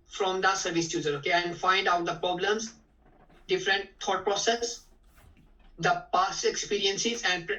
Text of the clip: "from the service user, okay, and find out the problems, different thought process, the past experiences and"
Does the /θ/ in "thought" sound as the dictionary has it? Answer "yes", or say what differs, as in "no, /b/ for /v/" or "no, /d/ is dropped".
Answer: no, /t/ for /θ/